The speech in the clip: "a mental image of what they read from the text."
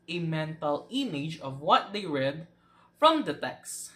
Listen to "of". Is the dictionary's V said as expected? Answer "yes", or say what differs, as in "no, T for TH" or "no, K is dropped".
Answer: yes